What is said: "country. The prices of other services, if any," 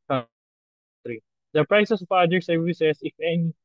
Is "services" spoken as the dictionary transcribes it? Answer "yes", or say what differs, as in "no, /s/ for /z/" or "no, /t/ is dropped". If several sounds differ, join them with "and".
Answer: no, /s/ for /z/